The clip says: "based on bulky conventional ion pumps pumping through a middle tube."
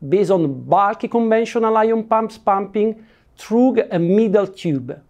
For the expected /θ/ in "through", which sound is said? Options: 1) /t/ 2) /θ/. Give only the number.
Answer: 1